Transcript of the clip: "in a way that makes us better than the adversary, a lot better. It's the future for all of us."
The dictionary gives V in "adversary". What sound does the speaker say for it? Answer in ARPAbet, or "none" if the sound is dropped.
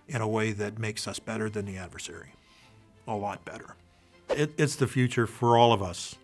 V